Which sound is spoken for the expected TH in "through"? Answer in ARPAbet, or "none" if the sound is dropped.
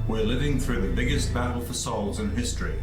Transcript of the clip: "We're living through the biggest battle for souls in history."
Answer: TH